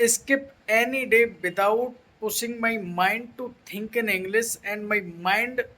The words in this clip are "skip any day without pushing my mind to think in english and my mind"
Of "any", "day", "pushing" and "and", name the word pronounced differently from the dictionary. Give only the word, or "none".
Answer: pushing